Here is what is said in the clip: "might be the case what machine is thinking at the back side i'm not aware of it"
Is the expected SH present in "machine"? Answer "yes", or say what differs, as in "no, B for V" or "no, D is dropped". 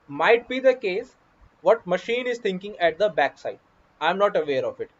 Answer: yes